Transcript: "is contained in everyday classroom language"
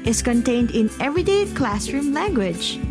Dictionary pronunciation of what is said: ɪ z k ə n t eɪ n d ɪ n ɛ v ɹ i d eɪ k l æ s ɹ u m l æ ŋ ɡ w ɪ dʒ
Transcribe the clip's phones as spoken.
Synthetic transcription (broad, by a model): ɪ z k ə n t eɪ n d ɪ n ɛ v ɹ i d eɪ k l æ s ɹ u m l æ ŋ ɡ w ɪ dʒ